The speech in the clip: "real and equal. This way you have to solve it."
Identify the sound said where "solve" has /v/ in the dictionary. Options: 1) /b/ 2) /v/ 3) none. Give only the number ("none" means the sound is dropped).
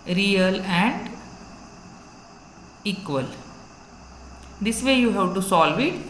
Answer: 2